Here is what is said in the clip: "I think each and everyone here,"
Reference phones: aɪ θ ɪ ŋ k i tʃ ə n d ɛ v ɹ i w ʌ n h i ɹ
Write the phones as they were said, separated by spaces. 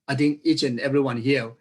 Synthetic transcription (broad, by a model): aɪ t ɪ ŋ k i tʃ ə n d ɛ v ɹ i w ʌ n h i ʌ